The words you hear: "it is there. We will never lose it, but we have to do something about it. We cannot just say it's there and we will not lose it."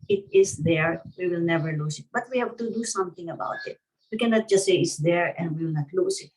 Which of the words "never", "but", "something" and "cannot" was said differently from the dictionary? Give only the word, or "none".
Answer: something